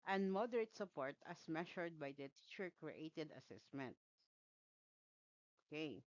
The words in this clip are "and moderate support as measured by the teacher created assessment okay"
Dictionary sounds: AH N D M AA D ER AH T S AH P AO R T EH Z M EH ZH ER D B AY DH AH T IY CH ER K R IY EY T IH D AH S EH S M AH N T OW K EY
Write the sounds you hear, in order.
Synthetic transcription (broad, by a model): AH N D M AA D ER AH T S AH P AO R T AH S M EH SH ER D B AY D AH T IY CH ER K R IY EY T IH D AH S EH S M AH N T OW K EY